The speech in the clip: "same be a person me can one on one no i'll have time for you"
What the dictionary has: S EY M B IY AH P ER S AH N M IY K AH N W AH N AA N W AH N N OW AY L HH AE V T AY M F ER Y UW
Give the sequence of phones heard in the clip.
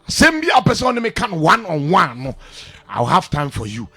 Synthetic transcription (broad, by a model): S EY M B IY AH P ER S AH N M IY K AH N W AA N AA N W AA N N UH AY W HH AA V T AY M F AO Y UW